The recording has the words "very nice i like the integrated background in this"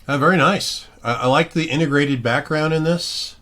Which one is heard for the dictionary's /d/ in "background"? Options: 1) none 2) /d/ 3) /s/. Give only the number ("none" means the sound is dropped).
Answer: 2